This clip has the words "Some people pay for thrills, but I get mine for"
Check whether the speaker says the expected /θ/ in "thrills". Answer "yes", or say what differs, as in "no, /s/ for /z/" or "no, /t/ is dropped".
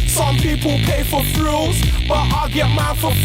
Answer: no, /f/ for /θ/